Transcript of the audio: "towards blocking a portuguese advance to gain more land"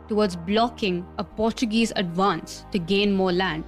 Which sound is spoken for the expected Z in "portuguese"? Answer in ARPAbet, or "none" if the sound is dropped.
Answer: Z